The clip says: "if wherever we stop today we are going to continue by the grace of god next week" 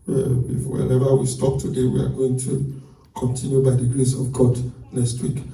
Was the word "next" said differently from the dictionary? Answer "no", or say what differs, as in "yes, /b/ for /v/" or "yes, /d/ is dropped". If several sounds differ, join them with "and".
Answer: yes, /k/ is dropped